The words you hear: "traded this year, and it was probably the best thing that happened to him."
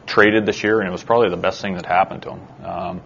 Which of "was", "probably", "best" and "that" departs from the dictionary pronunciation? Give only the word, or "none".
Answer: none